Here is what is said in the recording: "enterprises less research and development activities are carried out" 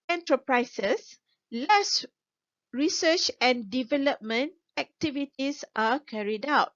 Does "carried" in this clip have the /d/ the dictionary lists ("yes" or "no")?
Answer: yes